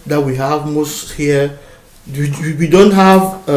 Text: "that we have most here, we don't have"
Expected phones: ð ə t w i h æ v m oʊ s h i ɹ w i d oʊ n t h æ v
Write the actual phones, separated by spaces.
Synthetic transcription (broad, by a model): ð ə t w i h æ v m oʊ s h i w w i d oʊ n t h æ v